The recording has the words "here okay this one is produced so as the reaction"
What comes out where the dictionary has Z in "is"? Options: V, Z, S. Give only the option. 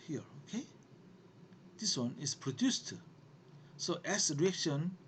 S